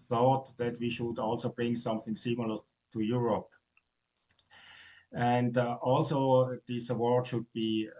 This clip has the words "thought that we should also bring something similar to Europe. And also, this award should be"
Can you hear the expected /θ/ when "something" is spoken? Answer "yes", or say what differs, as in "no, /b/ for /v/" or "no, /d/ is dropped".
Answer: yes